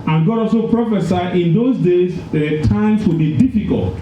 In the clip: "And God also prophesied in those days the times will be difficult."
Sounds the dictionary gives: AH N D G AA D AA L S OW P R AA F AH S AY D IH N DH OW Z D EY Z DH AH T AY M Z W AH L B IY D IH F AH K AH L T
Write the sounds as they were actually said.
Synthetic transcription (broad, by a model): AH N G AA D AA L S OW P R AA F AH S AY IH N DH OW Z D EY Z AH T AY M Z W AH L B IY D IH F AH K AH L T